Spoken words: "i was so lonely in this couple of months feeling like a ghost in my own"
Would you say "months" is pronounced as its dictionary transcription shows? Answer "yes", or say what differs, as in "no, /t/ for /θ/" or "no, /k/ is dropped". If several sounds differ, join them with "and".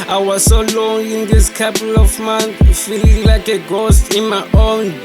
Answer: no, /s/ is dropped